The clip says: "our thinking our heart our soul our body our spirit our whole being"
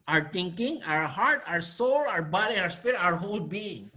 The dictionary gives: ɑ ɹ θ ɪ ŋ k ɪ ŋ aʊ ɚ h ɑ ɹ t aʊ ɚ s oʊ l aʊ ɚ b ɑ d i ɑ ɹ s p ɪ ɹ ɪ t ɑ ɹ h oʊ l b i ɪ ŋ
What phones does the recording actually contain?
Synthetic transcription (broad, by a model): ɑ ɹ t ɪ ŋ k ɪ ŋ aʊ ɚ h ɑ ɹ t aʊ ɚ s oʊ l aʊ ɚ b ɑ d i ɑ ɹ s p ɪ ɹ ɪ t ɑ ɹ h oʊ l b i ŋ